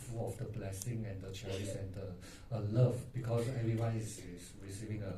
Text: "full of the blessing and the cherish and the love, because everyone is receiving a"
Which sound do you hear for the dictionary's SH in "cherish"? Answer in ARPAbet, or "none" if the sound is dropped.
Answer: S